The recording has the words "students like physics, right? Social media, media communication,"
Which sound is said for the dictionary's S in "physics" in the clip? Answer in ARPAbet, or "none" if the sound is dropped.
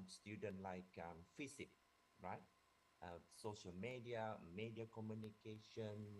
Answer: none